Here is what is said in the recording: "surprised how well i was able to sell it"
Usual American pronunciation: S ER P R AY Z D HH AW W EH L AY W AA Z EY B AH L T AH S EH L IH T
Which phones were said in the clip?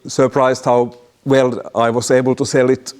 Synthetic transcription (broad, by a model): S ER P R AY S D HH AW W EH L AY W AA S EY B AH L T AH S EH L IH T